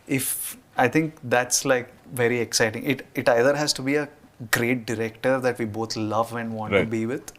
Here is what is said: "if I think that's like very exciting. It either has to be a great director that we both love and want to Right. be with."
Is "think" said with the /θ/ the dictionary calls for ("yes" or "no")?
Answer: no